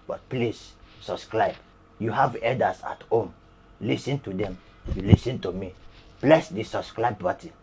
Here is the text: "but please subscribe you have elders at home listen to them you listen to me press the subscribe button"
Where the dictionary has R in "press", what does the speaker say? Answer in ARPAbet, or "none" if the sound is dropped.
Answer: L